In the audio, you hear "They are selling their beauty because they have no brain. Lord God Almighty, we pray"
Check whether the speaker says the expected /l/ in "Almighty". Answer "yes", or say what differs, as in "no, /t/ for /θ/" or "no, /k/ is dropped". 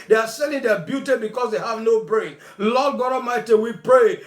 no, /l/ is dropped